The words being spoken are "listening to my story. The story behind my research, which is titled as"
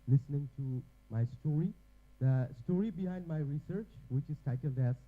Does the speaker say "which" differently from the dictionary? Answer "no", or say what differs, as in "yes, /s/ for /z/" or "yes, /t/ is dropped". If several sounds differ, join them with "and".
no